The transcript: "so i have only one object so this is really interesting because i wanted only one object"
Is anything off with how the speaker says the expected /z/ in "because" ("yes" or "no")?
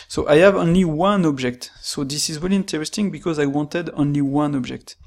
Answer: no